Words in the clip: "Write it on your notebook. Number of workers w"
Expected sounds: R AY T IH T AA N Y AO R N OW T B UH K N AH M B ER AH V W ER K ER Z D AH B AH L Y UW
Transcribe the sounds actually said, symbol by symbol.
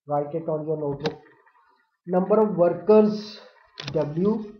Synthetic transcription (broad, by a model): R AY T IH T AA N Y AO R N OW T UH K N AH M B ER AH V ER K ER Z D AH B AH L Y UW